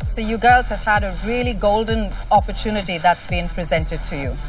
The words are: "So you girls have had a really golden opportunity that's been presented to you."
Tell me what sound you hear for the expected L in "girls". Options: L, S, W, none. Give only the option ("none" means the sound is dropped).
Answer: L